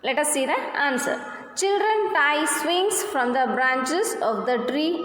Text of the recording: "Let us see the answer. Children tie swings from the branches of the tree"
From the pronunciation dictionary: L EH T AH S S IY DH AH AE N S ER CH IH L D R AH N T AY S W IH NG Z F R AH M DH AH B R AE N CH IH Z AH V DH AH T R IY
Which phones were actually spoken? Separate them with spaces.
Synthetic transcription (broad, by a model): L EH T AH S S IY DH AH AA N S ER CH IH L D R AH N T AY S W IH NG S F R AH M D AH B R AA N CH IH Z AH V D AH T R IY